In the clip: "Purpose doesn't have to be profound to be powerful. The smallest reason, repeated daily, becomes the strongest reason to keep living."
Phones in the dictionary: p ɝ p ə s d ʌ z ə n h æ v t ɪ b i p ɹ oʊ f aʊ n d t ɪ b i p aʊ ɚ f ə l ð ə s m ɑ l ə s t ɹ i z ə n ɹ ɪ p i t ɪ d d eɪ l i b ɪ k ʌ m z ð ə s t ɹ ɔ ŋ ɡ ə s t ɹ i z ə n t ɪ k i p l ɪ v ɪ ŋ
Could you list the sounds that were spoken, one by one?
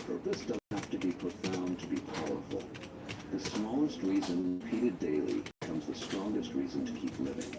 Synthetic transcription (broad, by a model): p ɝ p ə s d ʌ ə h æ f t ɪ b i p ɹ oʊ f aʊ n t ɪ b i p aʊ ɚ f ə l ð ə s m ɑ l ə s t ɹ i z ə n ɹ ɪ p i t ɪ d d eɪ i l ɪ k ʌ m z ð ə s t ɹ ɔ ŋ ɡ ə s t ɹ i z ə n t ɪ k i p l ɪ v ɪ ŋ